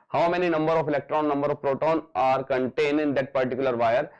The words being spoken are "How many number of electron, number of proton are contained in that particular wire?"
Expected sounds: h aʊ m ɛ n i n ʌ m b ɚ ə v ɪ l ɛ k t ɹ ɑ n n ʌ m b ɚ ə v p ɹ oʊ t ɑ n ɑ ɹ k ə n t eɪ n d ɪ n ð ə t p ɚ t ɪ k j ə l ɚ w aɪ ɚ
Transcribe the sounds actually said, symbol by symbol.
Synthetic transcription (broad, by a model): h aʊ m ɛ n i n ʌ m b ɚ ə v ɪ l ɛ k t ɹ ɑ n n ʌ m b ɚ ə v p ɹ oʊ t ɑ n ɑ ɹ k ə n t eɪ n d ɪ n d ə t p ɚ t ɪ k j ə l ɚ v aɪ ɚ